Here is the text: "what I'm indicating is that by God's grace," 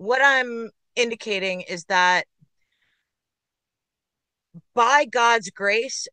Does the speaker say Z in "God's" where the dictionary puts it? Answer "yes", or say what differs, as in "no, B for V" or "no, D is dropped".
yes